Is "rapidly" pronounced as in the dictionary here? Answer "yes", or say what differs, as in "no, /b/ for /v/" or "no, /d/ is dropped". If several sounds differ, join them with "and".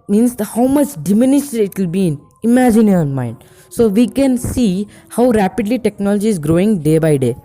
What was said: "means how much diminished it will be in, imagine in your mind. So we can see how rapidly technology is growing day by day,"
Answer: yes